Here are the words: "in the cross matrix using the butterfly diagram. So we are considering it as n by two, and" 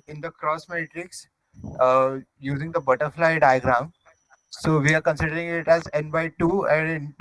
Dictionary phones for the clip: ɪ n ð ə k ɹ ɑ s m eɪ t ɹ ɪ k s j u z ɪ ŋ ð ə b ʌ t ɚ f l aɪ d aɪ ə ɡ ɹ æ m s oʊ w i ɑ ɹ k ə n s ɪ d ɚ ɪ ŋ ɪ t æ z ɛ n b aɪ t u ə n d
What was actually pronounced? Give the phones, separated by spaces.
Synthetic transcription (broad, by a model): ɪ n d ə k ɹ ɑ s m eɪ t ɹ ɪ k s j u z ɪ ŋ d ə b ʌ t ɚ f l aɪ d aɪ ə ɡ ɹ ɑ m s oʊ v i ɑ ɹ k ə n s ɪ d ɚ ɪ ŋ ɪ t æ z ɛ n b aɪ t u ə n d